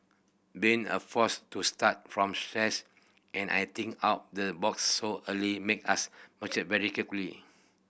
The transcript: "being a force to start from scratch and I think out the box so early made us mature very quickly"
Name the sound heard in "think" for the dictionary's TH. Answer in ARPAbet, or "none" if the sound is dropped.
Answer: T